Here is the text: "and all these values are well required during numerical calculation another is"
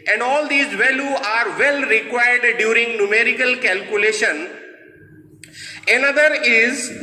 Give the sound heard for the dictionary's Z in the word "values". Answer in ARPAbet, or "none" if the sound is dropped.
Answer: none